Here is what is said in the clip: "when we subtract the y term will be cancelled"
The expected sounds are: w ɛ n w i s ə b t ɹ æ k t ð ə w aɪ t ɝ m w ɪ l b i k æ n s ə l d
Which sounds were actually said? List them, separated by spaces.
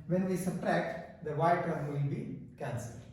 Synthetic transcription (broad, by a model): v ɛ n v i s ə t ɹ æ k t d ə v aɪ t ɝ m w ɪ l b i k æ n s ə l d